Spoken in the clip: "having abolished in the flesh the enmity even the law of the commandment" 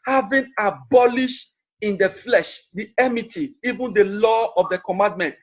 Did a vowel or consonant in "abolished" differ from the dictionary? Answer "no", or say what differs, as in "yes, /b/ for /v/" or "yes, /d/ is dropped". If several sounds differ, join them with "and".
no